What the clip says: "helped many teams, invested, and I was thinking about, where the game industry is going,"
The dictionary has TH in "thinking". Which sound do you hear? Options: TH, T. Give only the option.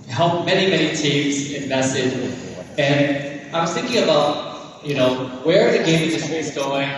TH